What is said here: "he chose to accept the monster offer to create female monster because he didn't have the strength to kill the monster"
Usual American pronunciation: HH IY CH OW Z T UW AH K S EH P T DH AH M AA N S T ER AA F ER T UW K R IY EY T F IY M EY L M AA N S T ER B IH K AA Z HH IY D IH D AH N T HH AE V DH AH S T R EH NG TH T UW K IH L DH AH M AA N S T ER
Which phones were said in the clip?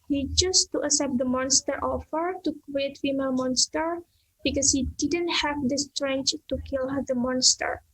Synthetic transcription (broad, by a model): HH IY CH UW S T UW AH S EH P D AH M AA N S T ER AA F ER T UW K R IY EY T F IY M EY L M AA N S T ER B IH K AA S HH IY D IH D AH N T HH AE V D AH S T R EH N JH T UW K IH L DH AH M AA N S T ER